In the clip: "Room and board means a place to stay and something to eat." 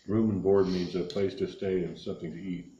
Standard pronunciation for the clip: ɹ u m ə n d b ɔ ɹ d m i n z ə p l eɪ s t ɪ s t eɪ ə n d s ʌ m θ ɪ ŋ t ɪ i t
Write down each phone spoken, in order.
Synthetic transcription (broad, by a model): ɹ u m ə n b ɔ ɹ d m i n z ə p l eɪ s t ɪ s t eɪ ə n s ʌ m θ ɪ ŋ t ɪ i t